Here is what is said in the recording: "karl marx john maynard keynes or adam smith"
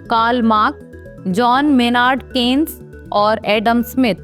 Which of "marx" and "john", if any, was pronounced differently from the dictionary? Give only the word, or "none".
marx